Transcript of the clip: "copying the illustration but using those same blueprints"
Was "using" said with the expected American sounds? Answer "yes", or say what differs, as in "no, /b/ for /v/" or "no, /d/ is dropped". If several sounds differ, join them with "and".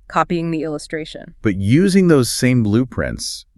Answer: yes